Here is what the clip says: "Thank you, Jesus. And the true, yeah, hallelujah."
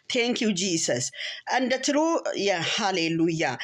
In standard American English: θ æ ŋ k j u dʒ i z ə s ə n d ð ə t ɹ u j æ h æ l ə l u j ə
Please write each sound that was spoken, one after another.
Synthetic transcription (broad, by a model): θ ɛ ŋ k j u dʒ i s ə s ə n d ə t ɹ u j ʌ h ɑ l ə l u j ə